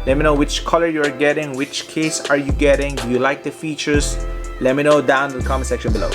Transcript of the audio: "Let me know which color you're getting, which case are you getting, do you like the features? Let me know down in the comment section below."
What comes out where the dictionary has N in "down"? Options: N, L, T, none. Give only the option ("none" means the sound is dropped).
none